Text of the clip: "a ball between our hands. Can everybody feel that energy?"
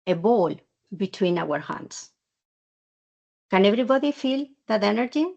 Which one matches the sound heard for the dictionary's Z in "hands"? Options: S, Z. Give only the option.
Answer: S